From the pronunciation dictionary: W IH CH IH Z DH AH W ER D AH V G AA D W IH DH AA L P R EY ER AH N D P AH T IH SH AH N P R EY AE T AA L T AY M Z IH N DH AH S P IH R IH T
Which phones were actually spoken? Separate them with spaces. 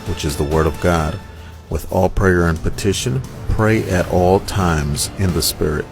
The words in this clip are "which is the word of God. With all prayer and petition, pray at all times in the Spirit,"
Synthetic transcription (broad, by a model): W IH CH IH Z DH AH W ER D AH V G AA D W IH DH AA L P R EY ER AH N P AH T IH SH AH N P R EY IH T AA L T AY M Z IH N DH AH S P IH R IH T